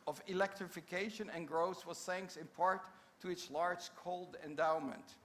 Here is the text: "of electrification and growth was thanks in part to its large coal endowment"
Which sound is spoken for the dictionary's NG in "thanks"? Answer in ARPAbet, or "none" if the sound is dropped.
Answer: NG